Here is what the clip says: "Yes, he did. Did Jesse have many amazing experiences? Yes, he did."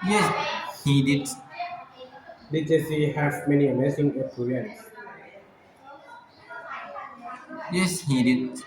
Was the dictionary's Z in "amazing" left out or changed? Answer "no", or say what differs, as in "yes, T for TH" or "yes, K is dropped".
yes, S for Z